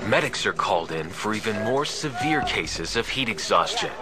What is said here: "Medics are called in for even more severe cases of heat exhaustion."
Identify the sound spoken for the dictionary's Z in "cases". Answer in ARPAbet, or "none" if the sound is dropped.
Z